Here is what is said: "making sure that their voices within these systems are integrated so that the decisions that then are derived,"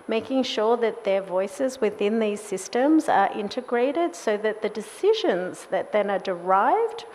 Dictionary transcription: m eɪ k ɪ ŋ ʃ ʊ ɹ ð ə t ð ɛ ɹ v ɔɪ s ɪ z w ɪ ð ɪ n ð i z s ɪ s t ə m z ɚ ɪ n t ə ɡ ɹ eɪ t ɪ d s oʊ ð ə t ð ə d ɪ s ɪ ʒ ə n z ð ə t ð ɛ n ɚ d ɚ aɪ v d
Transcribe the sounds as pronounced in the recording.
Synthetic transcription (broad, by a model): m eɪ k ɪ ŋ ʃ ʊ ɹ ð ə t ð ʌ ɹ v ɔɪ s ɪ z w ɪ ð ɪ n ð i z s ɪ s t ə m z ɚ ɪ n t ə ɡ ɹ eɪ t ɪ d s oʊ ð ə t ð ə d ɪ s ɪ ʒ ə n z ð ə t ð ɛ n ɚ d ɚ aɪ v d